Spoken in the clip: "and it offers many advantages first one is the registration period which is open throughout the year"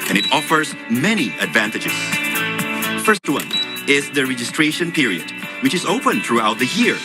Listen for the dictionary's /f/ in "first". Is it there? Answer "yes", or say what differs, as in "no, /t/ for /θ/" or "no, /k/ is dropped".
yes